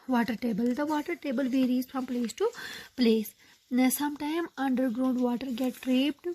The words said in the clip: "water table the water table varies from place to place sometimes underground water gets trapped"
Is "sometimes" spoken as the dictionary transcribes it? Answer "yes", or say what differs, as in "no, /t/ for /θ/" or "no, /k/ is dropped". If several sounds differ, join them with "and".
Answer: no, /z/ is dropped